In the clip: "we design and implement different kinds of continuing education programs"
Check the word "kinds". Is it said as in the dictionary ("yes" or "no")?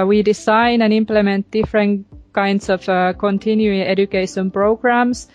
no